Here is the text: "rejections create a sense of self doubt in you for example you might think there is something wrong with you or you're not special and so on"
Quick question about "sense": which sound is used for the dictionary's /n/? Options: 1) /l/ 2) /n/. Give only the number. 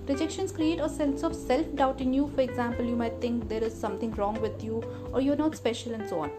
1